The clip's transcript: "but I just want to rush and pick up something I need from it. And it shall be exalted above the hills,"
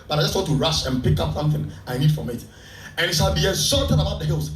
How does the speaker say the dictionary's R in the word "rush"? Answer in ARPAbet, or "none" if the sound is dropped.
R